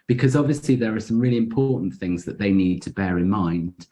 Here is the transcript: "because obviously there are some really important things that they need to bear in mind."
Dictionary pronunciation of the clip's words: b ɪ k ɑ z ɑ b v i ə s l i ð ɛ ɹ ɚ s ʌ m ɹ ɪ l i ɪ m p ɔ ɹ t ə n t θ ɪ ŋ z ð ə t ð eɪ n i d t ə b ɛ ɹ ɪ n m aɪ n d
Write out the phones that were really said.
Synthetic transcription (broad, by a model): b ɪ k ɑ z ɑ b v i ə s l i ð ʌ ɹ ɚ s ʌ m ɹ ɪ l i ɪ m p ɔ t n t θ ɪ ŋ z ð ə t ð eɪ n i d t ə b ɛ ɹ ɪ n m aɪ n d